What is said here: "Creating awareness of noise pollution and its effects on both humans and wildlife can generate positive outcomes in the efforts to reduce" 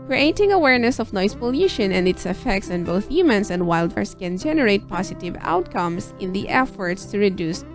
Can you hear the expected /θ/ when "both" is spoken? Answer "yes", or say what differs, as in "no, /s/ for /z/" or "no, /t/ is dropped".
yes